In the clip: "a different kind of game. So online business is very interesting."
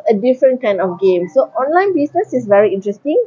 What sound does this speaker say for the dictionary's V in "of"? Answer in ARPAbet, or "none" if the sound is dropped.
F